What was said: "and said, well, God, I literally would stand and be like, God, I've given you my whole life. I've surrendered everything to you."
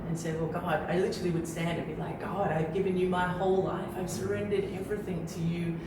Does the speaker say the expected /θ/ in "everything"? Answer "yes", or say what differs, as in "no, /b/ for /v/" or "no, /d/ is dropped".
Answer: yes